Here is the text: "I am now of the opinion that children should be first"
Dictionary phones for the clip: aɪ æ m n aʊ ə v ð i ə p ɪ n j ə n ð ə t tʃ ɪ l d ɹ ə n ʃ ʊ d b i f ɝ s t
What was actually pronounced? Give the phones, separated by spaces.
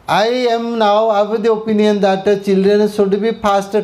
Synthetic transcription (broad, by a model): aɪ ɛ m n aʊ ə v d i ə p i n j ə n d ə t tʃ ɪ l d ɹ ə n s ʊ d b i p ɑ s t